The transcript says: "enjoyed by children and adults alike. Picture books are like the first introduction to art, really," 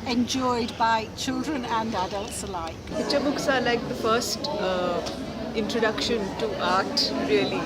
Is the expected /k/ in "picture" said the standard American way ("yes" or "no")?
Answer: no